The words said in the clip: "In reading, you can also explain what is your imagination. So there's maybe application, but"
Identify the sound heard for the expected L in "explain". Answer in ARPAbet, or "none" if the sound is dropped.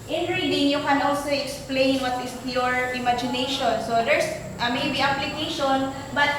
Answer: L